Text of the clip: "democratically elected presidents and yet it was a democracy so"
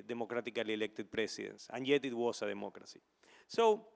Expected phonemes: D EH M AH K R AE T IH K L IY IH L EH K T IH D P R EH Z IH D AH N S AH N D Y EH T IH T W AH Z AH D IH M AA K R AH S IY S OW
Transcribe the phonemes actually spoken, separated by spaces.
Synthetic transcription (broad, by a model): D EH M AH K R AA T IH K L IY L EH K T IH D P R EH S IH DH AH N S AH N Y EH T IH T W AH S AH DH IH M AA K R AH S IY S OW